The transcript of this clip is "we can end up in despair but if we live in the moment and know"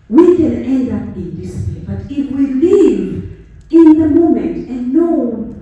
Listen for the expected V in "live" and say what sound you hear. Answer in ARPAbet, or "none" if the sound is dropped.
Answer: V